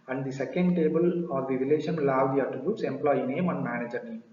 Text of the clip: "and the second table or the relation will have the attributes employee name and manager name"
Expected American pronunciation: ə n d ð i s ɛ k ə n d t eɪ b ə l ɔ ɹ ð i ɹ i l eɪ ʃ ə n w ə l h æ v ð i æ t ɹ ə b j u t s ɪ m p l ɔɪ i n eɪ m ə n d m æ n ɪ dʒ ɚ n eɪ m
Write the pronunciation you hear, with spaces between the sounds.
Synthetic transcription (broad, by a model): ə n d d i s ɛ k ə n d t eɪ b ə l ɔ ɹ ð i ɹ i l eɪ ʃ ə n l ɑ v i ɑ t ə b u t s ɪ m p l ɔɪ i n eɪ m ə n m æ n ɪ dʒ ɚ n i